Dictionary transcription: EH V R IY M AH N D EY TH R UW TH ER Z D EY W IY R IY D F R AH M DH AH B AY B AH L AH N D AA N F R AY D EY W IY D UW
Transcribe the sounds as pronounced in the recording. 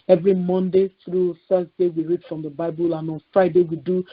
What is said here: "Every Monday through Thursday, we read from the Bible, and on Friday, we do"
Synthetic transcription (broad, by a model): EH V R IY M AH N D EY TH R UW F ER S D EY W IY R IY D F R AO M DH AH B AY B AH L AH N AA N F R AY D EY W IY D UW